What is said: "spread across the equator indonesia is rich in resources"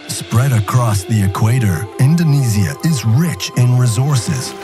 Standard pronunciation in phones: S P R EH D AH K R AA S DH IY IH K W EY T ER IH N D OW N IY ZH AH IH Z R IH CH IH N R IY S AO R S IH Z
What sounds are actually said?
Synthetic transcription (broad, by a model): S P R EH D AH K R AA S DH IY IH K W EY T ER IH N D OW N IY Z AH IH Z R IH CH IH N R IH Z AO R S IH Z